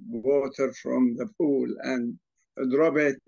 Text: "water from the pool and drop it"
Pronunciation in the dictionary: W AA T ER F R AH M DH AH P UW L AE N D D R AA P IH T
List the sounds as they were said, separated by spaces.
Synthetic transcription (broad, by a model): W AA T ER F R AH M DH AH P UW L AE N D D R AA B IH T